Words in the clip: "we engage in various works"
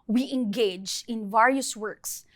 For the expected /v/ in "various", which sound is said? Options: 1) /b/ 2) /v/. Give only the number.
2